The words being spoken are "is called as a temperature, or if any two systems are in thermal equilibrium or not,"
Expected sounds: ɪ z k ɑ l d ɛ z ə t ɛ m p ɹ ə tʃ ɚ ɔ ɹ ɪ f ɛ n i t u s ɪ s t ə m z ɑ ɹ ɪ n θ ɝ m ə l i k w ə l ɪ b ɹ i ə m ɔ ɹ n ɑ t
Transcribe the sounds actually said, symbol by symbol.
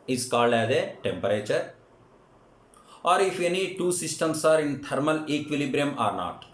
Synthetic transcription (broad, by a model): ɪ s k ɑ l ɛ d ə t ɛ m p ɹ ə tʃ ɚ ɔ ɹ ɪ f ɛ n i t u s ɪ s t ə m s ɑ ɹ ɪ n t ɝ m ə l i k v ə l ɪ b ɹ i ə m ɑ ɹ n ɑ t